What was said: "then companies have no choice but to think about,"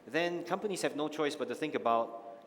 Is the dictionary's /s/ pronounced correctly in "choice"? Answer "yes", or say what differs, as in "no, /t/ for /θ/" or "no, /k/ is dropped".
yes